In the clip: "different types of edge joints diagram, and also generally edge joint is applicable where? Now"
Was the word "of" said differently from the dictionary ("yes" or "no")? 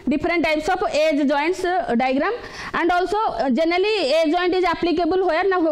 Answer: yes